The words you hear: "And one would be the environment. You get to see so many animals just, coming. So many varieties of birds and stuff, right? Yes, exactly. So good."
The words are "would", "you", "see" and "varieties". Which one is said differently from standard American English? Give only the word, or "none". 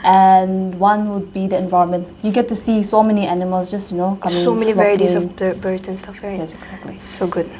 varieties